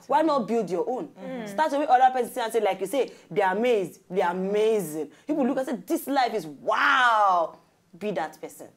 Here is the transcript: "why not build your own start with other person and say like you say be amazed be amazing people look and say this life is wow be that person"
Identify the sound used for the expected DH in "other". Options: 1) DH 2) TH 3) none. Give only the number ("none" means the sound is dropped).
3